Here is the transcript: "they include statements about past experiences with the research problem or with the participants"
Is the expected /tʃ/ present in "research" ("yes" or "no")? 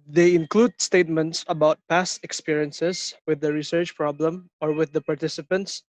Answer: yes